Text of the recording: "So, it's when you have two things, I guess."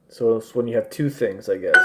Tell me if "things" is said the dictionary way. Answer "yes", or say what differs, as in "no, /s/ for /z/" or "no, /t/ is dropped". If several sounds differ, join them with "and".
yes